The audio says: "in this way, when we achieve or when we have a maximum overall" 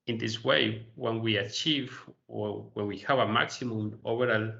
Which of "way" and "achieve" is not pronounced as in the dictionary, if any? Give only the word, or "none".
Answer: none